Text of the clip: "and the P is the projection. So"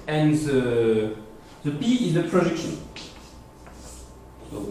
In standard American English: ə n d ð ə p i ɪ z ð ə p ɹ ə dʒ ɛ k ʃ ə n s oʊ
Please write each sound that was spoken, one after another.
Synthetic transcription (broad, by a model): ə n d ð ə b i ɪ z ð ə p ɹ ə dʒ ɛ k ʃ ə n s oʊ